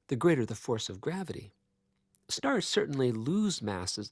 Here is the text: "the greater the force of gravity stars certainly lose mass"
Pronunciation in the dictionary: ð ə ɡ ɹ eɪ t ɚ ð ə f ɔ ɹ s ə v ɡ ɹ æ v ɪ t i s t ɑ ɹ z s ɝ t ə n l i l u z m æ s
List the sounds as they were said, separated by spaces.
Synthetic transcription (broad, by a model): ð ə ɡ ɹ eɪ t ɚ ð ə f ɔ ɹ s ə v ɡ ɹ æ v ɪ t i s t ɑ ɹ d s ɝ t n l i l u z m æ s